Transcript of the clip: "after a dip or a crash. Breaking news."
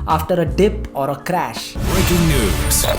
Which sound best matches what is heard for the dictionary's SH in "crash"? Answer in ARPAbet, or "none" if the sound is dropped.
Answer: SH